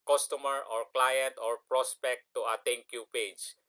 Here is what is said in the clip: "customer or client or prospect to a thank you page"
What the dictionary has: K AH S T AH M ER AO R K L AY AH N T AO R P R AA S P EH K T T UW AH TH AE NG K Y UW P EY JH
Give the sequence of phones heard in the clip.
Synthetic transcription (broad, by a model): K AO S T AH M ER AO R K L AY AH N T AO R P R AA S P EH K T T UW AH T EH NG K Y UW P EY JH